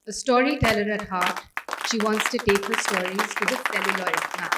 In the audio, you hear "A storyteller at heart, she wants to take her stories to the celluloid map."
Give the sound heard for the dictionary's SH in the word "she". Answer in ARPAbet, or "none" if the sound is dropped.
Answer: SH